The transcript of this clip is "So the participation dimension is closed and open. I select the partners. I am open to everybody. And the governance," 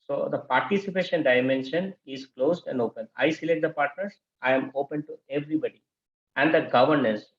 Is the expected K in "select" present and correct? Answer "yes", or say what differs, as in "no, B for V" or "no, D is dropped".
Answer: no, K is dropped